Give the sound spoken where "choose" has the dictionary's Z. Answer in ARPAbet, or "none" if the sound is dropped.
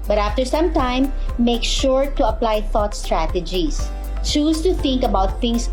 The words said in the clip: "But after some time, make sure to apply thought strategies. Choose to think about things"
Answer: S